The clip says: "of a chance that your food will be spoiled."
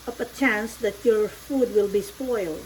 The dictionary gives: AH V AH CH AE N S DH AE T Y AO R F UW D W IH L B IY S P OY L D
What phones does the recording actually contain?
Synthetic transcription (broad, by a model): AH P AH CH AE N S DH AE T Y AO R F UW D W IH L B IY S P OY L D